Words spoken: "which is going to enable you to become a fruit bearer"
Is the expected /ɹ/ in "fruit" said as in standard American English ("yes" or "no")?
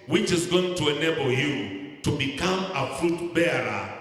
yes